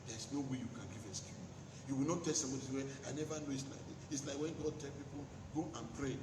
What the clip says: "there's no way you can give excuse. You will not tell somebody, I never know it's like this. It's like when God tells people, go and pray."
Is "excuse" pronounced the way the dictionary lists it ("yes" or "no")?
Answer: no